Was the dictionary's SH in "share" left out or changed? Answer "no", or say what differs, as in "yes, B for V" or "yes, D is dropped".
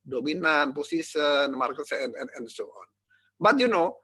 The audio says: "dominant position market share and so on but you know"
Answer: yes, S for SH